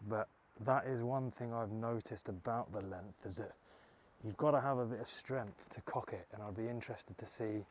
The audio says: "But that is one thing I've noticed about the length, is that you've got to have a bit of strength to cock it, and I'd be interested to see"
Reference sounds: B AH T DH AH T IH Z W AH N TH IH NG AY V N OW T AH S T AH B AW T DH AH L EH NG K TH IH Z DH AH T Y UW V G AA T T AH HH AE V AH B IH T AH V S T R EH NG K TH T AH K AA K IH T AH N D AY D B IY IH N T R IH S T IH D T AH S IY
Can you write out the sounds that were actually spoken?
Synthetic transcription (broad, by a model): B AH T DH AH T IH Z W AH N TH IH NG AY V N OW T AH S T AH B AW T DH AH L EH NG K TH IH Z DH AH T Y UW V G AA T T AH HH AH V AH B IH T AH V S T R EH NG K TH T AH K AA K IH T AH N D AY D B IY IH N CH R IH S T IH D T AH S IY